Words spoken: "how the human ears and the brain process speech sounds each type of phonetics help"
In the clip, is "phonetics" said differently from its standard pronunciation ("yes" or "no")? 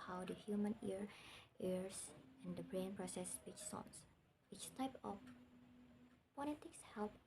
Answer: yes